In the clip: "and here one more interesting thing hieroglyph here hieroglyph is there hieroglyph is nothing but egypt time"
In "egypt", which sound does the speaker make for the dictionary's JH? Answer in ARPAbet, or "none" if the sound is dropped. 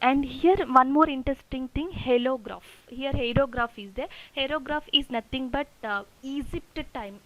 Z